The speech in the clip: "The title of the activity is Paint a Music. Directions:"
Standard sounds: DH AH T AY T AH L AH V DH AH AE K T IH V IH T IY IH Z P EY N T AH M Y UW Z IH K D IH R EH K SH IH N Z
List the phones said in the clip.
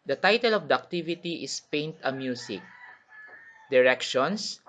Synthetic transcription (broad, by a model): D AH T AY T AH L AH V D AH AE K T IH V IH T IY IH S P EY N T AH M Y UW S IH K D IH R EH K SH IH N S